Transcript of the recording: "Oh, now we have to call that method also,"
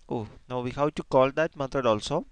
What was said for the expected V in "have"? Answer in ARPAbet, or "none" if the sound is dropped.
W